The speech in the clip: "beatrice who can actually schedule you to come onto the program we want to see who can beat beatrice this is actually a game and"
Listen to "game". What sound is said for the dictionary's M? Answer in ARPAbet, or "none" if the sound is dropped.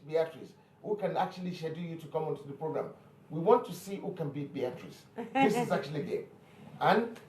none